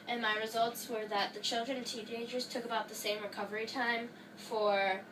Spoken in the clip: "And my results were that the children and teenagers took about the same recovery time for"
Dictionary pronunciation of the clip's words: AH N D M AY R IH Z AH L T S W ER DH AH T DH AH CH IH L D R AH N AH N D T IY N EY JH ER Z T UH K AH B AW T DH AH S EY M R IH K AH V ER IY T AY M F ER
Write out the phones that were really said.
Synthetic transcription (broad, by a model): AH N M AY R IH Z AH L T S W ER DH AH T DH AH CH IH L D R AH N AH N T IY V EY JH ER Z T UH K AH B AW T DH AH S EY M R IH K AH V ER IY T AY M F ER